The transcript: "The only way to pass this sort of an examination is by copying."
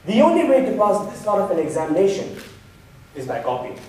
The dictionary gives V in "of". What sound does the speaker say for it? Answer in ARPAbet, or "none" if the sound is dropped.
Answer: P